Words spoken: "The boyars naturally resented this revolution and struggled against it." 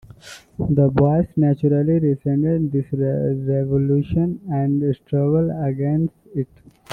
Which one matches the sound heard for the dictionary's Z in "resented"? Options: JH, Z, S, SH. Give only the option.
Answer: S